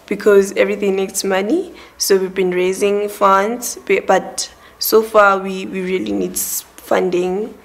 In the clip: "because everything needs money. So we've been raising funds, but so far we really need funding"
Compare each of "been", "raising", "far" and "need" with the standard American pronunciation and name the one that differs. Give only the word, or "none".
far